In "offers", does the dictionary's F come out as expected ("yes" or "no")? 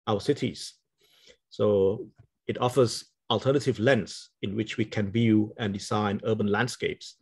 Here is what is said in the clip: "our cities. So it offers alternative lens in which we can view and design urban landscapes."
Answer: yes